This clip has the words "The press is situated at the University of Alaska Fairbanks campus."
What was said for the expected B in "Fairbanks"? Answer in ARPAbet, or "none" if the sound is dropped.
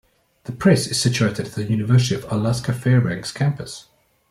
none